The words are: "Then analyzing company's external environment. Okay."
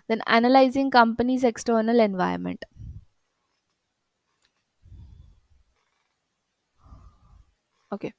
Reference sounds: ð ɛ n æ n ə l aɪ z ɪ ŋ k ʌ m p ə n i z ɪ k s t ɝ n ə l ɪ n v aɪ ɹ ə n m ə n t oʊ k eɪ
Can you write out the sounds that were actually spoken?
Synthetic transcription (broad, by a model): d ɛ n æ n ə l aɪ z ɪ ŋ k ʌ m p ə n i z ɪ k s t ɝ n ə l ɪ n v aɪ ə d m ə n t oʊ k eɪ